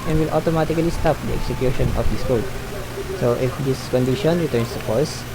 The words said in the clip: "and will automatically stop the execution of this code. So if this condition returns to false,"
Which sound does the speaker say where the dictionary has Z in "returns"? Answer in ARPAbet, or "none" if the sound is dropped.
S